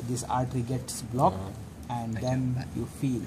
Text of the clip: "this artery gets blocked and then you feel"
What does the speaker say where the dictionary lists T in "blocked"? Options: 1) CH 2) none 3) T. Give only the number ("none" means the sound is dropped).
2